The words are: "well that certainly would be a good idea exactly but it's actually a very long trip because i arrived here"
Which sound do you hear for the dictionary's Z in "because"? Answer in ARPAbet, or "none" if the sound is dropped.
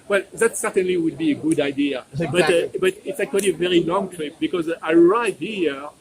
Z